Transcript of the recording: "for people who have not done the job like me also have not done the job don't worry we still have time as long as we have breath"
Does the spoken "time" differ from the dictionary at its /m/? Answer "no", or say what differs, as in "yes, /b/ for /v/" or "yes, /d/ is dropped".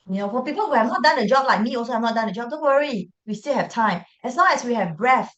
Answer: no